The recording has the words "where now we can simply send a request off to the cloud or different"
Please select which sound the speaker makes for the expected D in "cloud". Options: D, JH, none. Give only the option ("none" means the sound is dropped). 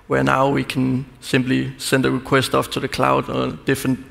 D